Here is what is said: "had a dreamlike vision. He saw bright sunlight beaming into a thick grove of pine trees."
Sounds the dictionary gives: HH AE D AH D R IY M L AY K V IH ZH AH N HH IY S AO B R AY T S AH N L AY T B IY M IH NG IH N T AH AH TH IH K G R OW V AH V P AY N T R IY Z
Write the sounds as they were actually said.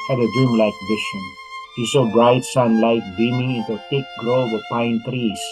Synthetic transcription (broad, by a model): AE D AH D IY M L AY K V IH SH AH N HH IY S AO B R AY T S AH N L AY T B IY M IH NG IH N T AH AH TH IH K G R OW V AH P AY N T R IY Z